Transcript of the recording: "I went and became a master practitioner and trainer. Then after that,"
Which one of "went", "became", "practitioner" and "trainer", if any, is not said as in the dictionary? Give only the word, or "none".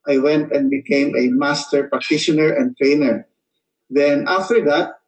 practitioner